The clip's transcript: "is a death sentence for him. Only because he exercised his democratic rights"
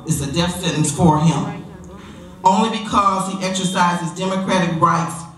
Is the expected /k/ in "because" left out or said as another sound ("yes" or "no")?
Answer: no